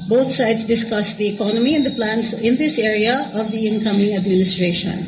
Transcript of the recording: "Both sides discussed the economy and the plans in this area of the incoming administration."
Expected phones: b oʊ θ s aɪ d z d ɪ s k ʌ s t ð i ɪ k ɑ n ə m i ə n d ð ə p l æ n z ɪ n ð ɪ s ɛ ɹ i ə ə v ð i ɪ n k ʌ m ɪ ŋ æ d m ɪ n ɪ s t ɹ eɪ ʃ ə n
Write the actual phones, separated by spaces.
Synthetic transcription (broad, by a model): b oʊ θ s aɪ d s d ɪ s k ʌ s t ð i ɪ k ɑ n ə m i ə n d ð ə p l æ n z ɪ n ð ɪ s ɛ ɹ i ə ə v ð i ɪ n k ʌ m ɪ ŋ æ d m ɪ n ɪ s t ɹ eɪ ʃ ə n